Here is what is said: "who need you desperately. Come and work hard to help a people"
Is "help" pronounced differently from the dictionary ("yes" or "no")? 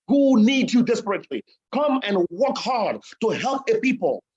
no